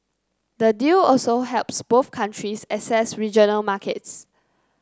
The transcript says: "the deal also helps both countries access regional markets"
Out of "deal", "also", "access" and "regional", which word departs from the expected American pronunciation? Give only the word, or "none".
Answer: access